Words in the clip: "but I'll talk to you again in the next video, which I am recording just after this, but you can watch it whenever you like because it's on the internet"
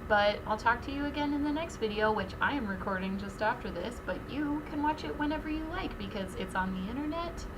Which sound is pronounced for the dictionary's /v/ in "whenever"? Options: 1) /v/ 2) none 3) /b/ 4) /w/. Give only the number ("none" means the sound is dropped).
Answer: 1